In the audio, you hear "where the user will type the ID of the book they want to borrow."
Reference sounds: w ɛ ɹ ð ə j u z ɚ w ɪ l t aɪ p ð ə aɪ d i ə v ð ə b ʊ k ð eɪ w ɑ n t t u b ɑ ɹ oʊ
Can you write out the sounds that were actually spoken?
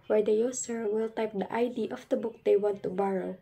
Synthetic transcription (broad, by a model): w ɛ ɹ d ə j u s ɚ w ɪ l t aɪ p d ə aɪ d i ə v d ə b ʊ k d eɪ w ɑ n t t u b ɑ ɹ oʊ